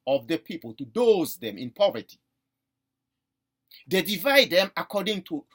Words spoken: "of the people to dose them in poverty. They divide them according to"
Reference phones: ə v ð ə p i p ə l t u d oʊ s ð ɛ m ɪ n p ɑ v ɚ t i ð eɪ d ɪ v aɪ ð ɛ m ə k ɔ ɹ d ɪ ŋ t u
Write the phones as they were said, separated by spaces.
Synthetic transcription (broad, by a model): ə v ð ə p i p ə l t u d oʊ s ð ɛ m ɪ n p ɑ v ɚ t i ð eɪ d ɪ v aɪ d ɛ m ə k ɔ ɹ d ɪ ŋ t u